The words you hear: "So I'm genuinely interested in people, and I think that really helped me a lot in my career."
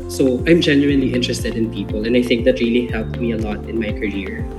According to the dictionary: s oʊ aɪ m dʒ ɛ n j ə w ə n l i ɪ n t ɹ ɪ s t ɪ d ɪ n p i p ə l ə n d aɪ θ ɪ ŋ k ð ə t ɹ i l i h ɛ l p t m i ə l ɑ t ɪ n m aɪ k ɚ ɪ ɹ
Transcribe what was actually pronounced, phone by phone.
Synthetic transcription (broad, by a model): s oʊ aɪ m dʒ ɛ n j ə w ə n l i ɪ n t ɹ ɪ s t ɪ d ɪ n p i p ə l ə n d aɪ θ ɪ ŋ k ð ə t ɹ i l i h ɛ l p t m i ə l ɑ t ɪ n m aɪ k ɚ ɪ ɹ